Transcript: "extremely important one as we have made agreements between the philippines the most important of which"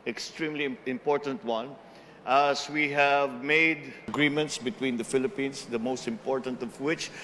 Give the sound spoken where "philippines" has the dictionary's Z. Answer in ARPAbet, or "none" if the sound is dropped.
S